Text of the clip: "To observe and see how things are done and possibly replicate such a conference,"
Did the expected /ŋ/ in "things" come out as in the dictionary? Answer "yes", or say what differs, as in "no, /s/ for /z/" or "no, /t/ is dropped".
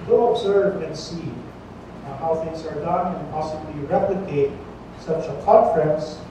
yes